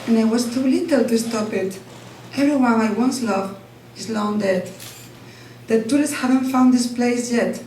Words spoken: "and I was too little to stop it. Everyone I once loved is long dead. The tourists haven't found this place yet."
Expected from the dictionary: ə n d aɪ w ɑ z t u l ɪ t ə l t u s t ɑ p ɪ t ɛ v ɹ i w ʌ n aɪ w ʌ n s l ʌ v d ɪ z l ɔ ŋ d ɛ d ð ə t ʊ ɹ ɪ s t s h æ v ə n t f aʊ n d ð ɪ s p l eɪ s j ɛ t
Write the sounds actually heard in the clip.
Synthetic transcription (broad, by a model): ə n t w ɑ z t u l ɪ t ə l t u s t ɑ p ɪ t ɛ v ɹ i w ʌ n aɪ w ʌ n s l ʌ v ɪ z l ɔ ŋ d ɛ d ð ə t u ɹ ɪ s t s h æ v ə n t f aʊ n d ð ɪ s p l eɪ s j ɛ t